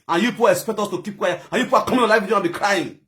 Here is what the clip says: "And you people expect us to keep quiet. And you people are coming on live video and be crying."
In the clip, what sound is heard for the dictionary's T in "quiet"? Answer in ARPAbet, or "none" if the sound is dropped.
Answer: none